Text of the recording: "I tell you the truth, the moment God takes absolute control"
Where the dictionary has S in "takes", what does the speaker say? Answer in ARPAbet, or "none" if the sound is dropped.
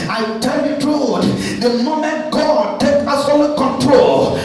none